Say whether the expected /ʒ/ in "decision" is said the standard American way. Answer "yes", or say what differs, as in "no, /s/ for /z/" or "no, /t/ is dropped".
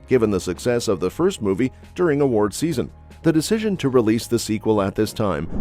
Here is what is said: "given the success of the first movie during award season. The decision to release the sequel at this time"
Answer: yes